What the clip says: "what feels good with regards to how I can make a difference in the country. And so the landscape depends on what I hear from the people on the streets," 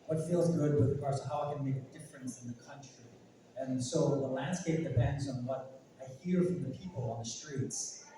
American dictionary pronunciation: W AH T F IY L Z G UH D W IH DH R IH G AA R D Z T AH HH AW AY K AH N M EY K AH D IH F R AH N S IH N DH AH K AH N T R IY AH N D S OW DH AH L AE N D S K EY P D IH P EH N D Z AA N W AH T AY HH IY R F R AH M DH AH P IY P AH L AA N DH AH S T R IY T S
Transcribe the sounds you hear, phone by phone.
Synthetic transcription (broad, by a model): W AH T F IY L Z G UH D W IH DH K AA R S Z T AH HH AW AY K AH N M EY K AH D IH F R AH N S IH N DH AH K AH N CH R IY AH N S OW DH AH L AE N D S K EY P D IH P EH N D Z N W AH T AY HH IY R F R AH M DH AH P IY P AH L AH N DH AH S T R IY T S